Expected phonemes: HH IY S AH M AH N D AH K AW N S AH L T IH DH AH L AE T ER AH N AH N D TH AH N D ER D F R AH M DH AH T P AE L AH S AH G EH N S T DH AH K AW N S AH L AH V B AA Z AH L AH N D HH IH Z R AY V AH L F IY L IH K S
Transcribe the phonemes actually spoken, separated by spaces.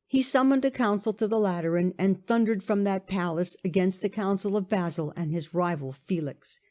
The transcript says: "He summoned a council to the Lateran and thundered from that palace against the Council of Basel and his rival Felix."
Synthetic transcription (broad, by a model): HH IY S AH M AH N D AH K AW N S L T IH DH AH L AE T ER AH N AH N TH AH N D ER D F R AH M DH AH T P AE L AH S AH G EH N S T DH AH K AW N S L AH V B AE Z L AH N IH Z R AY V L F IY L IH K S